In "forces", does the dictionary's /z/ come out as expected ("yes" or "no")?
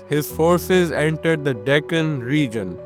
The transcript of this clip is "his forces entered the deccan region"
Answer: yes